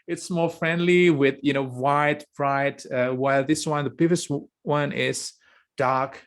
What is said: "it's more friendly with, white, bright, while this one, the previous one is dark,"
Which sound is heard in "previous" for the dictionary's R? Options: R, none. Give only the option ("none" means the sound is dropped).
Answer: none